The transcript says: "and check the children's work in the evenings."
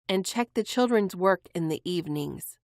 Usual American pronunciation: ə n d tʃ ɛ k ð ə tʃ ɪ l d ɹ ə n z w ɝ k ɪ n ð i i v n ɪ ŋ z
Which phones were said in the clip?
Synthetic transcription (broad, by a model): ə n tʃ ɛ k ð ə tʃ ɪ l d ɹ ə n z w ɝ k ɪ n ð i i v n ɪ ŋ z